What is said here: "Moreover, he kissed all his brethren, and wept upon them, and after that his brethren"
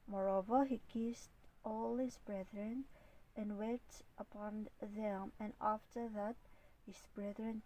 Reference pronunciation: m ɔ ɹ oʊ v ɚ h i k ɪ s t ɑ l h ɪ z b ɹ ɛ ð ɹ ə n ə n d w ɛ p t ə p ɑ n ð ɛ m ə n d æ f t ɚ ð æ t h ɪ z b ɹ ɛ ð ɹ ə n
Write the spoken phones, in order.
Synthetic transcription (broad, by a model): m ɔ ɹ oʊ v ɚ h i k ɪ s t ɑ l h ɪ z b ɹ ɛ ð ɹ ə n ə n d w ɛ t ə p ɑ n ð ɛ m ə n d æ f t ɚ ð æ t h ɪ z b ɹ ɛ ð ɹ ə n